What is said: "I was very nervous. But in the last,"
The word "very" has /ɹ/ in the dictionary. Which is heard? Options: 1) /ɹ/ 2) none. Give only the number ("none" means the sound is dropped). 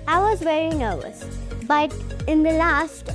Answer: 1